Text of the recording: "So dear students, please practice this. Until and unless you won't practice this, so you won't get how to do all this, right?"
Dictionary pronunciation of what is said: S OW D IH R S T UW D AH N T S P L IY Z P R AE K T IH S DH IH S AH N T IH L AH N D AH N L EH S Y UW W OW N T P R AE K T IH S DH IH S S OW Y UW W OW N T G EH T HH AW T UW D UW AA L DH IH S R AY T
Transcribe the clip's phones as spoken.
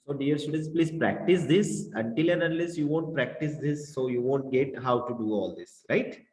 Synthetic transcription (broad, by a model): S OW D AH R S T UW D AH N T S P L IY Z P R AE K T IH S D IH S AH N T IH L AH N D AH L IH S Y UW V OW N T P R AE K T IH S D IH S S OW Y UW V OW N T G EH T HH AW T UW D UW AA L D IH S R AY T